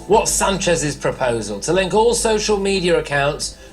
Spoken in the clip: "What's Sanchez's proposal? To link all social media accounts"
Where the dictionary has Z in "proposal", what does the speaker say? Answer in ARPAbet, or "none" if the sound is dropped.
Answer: Z